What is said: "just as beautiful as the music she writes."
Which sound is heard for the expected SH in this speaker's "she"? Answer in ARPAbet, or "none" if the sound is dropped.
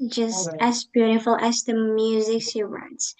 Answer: S